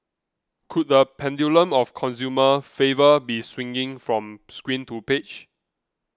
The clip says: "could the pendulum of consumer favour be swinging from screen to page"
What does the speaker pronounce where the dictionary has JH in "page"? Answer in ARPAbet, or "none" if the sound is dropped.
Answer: CH